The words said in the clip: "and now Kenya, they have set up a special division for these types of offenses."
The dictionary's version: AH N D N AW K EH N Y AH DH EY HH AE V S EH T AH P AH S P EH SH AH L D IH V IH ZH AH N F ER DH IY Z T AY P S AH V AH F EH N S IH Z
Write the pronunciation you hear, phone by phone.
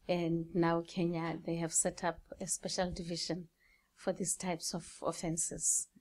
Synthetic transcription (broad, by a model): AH N D N AW K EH N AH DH EY HH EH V S EH T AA P AH S P EH SH AH L D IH V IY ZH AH N F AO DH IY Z T AY P S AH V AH F EH N S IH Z